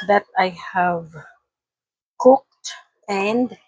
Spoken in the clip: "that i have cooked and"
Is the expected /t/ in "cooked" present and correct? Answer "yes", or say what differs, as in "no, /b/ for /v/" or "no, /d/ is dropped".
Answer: yes